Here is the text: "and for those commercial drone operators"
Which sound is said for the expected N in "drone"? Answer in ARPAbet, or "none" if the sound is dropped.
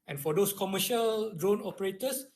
N